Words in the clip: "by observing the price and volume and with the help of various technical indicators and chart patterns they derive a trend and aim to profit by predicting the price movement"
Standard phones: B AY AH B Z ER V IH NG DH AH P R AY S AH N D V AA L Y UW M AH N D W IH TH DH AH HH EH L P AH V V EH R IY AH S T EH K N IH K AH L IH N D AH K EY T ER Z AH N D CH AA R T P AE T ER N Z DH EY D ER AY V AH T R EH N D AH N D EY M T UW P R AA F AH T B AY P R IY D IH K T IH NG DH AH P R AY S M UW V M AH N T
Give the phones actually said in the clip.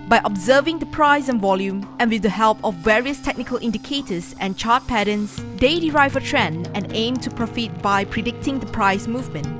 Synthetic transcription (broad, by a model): B AY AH B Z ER V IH NG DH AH P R AY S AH N V AA L Y UW M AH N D W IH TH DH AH HH EH L P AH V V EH R IY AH S T EH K N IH K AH L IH N D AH K EY T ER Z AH N CH AA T P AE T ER N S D EY D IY AY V AH T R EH N AH N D EY M T UW P R AA F AH T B AY P R IY D IH K T IH NG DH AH P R AY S M UW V M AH N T